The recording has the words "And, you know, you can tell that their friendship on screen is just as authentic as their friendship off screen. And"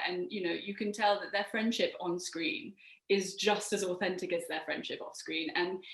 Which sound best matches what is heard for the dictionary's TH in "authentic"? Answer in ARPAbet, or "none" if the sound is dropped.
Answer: TH